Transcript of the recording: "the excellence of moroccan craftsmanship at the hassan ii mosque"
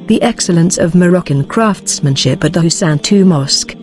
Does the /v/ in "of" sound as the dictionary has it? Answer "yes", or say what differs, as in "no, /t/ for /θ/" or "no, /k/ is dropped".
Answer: yes